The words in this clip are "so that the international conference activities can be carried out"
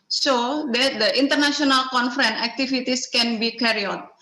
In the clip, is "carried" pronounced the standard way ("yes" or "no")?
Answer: no